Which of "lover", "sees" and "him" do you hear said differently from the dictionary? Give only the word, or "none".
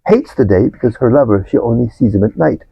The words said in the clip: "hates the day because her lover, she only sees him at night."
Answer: none